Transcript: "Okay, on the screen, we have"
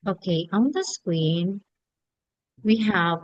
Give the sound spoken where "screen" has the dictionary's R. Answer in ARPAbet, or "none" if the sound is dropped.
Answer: W